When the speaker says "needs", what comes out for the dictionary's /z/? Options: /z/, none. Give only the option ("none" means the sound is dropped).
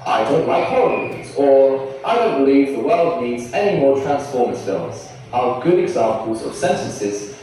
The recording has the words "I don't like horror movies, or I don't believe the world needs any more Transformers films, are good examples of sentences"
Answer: /z/